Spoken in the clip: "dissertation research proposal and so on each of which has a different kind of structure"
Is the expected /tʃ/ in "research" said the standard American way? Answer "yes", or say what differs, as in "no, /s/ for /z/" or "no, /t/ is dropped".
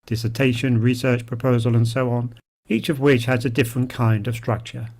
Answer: yes